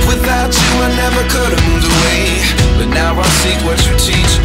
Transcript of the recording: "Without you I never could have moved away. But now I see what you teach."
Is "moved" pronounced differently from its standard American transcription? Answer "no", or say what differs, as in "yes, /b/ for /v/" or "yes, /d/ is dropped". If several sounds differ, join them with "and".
yes, /d/ is dropped